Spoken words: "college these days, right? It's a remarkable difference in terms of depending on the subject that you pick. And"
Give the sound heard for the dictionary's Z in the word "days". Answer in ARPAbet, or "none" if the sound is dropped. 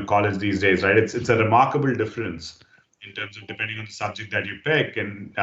Z